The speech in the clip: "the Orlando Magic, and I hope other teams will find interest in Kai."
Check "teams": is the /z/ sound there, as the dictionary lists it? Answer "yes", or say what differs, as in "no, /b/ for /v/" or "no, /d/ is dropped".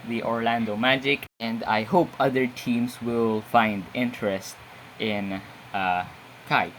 no, /s/ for /z/